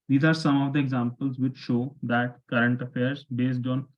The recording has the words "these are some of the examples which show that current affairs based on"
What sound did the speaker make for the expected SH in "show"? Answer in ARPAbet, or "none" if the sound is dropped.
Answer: SH